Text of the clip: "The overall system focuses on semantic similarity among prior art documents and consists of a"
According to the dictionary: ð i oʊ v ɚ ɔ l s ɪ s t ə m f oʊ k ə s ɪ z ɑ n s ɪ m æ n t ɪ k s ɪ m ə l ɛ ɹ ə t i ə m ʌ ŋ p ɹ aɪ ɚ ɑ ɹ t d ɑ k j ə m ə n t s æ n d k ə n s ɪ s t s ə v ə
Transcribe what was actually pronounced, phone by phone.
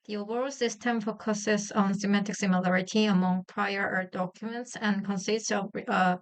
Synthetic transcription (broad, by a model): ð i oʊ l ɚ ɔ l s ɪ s t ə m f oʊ k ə s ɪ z ɑ n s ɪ m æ t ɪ k s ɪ m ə l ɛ ɹ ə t i ə m ʌ ŋ p ɹ aɪ ɚ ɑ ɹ d ɑ k j ə m ə n t s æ n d k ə n s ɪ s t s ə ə